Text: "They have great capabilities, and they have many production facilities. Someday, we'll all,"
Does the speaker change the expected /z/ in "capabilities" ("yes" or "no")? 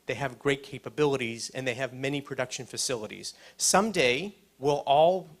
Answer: no